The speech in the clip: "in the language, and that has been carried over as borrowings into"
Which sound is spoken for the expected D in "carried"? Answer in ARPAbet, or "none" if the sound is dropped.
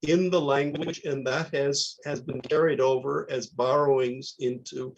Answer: D